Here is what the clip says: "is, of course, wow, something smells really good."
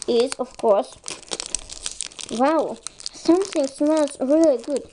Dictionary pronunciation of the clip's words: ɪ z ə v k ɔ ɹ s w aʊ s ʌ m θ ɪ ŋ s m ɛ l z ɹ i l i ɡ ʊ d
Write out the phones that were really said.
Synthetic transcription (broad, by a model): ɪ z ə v k ɔ ɹ s w aʊ s ʌ m θ ɪ ŋ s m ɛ z ɹ i l i ɡ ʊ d